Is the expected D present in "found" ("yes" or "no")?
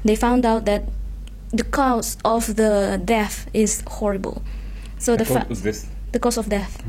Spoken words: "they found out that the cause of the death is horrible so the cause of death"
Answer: yes